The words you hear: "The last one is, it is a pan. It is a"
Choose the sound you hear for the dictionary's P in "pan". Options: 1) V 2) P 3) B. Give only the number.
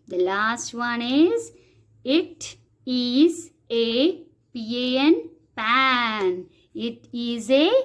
2